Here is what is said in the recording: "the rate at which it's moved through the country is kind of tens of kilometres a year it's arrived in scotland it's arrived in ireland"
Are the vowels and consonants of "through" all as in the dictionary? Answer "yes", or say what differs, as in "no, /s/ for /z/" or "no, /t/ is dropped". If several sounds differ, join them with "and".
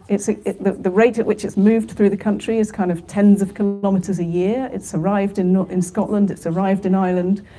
yes